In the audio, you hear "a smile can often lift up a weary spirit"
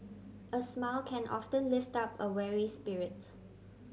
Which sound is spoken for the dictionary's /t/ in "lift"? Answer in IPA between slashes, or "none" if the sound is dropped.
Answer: /t/